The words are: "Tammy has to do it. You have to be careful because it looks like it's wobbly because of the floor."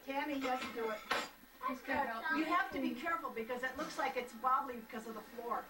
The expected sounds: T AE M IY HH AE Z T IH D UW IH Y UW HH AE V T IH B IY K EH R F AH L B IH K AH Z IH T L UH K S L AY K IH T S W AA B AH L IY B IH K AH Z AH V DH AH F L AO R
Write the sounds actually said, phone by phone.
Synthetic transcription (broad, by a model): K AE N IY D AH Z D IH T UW IH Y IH HH AE F T IH B IY K EH R F L B IH K AH Z IH T L UH K S L AY K IH T S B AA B L IY B IH K AH Z AH V DH AH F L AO R